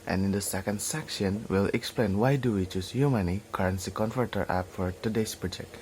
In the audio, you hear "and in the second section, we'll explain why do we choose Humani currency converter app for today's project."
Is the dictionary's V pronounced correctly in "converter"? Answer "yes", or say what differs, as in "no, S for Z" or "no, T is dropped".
no, F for V